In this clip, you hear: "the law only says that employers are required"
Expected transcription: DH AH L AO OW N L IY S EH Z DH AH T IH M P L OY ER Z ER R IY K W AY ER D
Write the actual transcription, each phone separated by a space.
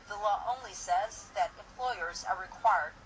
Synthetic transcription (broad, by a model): DH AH L AO OW N L IY S EH Z DH AH T IH M P L OY ER Z ER R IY K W AY ER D